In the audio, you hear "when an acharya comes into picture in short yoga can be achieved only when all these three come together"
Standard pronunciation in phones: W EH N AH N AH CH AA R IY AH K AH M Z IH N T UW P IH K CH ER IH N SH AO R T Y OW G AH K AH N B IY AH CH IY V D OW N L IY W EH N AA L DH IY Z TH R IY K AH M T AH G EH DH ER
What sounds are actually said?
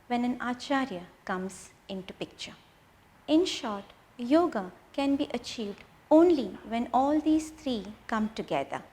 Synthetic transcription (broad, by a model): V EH N AH N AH CH AA R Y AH K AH M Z IH N T UW P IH K CH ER IH N SH AO R T Y OW G AH K AH N B IY AH CH IY V D OW N L IY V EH N AA L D IY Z T R IY K AH M T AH G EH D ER